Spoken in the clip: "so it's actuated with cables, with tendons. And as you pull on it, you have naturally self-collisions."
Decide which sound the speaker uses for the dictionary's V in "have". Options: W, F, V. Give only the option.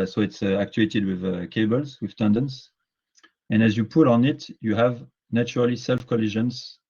V